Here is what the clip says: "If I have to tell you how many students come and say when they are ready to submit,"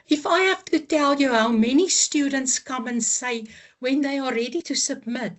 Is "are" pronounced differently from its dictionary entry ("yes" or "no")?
yes